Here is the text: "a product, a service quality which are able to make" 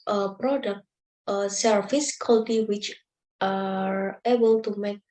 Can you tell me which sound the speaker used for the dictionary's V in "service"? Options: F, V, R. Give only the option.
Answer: F